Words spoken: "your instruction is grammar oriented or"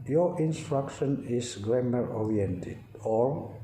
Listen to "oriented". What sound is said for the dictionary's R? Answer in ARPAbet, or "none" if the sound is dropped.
R